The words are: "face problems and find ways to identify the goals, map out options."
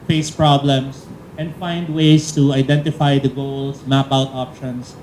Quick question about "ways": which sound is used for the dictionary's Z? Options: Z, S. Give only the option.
S